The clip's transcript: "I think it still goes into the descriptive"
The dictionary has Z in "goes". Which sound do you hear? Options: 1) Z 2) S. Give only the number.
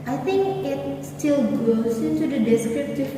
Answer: 2